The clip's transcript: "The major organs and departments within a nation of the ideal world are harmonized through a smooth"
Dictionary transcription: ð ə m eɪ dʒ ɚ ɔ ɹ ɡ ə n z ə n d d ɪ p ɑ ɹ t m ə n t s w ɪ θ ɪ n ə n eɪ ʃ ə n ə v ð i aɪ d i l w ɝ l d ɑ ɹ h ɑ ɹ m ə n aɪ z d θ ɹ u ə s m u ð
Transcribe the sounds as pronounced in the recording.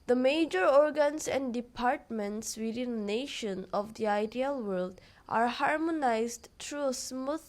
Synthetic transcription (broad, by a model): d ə m eɪ dʒ ɚ ɔ ɹ ɡ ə n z ə n d d ɪ p ɑ ɹ t m ə n t s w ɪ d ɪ n n eɪ ʃ ə n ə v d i aɪ d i l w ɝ l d ɑ ɹ h ɑ ɹ m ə n aɪ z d t ɹ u ə s m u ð